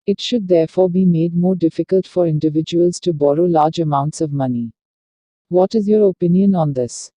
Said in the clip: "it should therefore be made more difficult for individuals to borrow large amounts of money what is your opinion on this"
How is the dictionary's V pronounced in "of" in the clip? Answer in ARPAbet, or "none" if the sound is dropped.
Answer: V